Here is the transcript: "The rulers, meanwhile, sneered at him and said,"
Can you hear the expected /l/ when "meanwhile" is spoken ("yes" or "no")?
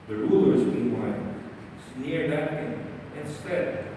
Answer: no